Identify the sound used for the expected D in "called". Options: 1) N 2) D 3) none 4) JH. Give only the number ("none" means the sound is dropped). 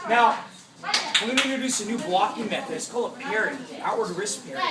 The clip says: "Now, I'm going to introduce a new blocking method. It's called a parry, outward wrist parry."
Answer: 3